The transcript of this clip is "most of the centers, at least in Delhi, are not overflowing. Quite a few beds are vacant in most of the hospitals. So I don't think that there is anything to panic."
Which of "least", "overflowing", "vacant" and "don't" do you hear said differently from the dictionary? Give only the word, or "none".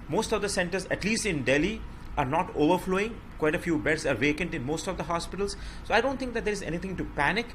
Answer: none